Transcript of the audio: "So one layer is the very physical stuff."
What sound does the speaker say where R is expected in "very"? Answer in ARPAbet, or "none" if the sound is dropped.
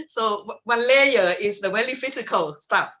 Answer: L